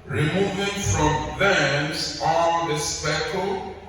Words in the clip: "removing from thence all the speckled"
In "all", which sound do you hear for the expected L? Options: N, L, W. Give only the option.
N